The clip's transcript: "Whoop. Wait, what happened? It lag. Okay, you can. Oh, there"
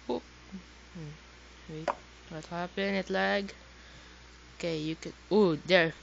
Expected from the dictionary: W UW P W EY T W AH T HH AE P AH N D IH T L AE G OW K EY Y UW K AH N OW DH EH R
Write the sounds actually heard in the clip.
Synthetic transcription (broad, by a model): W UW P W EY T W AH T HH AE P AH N IH T L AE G OW K EY Y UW K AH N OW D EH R